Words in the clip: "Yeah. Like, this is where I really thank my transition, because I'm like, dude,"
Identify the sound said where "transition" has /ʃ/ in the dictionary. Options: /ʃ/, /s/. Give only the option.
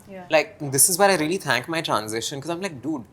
/ʃ/